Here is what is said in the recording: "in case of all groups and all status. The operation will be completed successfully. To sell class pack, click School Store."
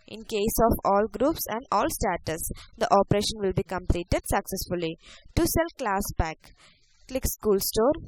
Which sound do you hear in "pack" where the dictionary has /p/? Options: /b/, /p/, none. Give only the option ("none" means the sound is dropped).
/b/